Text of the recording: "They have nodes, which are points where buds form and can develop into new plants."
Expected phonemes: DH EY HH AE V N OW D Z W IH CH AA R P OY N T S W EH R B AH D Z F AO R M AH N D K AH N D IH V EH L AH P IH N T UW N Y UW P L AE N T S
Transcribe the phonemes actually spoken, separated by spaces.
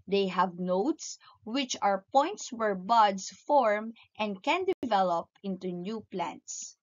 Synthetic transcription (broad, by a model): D EY HH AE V N OW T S W IH CH AA R P OY N T S W EH R B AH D S F AO R M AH N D K AH N D IH V EH L AH P IH N T UW N Y UW P L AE N T S